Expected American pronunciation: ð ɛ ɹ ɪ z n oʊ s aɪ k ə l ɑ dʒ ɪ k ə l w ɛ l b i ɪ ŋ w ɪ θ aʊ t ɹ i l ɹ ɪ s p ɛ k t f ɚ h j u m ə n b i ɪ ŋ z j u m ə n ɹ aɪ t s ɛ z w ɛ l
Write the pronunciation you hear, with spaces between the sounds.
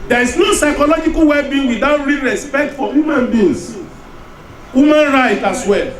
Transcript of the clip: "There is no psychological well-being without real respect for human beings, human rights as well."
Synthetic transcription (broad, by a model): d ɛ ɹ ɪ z n oʊ s aɪ k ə l ɑ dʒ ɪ k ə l w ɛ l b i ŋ w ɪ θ aʊ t ɹ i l ɹ ɪ s p ɛ k t f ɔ h j u m ə n b i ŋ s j u m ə n ɹ aɪ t ɑ s w ɛ l